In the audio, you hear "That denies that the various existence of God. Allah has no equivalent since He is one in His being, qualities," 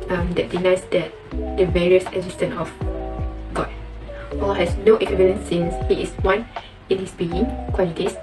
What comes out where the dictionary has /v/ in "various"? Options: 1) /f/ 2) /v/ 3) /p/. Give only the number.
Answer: 2